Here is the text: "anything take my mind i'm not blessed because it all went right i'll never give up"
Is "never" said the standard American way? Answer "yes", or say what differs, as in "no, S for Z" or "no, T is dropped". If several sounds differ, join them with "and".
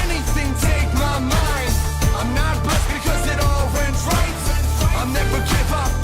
no, V is dropped